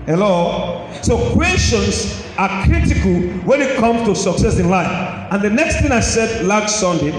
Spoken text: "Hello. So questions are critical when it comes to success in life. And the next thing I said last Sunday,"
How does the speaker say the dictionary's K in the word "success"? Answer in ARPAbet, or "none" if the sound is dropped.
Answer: K